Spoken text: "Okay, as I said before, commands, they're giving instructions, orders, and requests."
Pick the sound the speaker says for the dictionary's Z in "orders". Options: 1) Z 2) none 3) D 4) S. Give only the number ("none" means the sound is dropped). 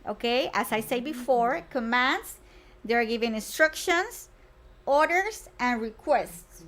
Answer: 4